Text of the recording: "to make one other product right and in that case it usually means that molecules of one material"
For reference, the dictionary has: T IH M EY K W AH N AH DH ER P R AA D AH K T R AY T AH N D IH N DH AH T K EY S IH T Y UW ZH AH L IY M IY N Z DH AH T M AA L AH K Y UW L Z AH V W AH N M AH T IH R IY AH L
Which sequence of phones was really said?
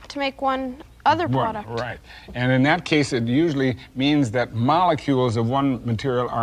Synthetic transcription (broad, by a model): T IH M EY K W AH N AH DH ER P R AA D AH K R AY T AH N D IH N DH AH T K EY S IH T Y UW ZH L IY M IY N Z DH AH T M AA L AH K Y UW L Z AH V W AH N M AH T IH R IY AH